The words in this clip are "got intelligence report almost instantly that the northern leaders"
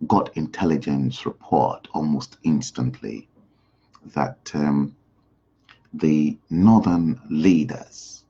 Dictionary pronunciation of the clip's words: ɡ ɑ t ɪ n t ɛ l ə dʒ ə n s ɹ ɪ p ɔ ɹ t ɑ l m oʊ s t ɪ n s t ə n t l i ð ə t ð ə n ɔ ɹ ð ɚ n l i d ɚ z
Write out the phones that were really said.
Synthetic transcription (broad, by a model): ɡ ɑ t ɪ n t ɛ l ə dʒ ə n s ɹ ɪ p ɔ ɹ t ɑ l m oʊ s t ɪ n s t ə n t l i ð ə t ð ə n ɔ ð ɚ n l i d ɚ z